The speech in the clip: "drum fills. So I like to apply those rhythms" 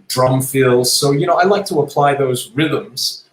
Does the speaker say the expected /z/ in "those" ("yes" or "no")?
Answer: yes